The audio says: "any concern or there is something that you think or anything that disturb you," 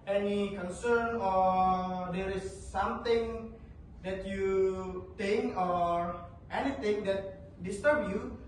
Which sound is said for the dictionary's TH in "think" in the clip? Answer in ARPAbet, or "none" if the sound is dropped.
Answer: T